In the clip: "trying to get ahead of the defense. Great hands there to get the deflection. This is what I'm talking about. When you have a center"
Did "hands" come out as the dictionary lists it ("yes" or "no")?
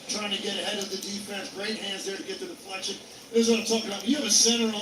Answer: yes